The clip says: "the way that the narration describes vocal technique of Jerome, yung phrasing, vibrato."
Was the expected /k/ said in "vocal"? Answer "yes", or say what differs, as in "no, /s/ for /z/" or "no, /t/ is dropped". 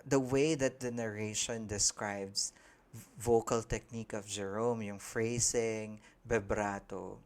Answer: yes